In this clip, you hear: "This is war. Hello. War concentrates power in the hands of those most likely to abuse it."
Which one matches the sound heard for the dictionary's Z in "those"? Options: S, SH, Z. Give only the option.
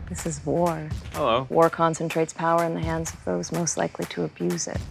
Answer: Z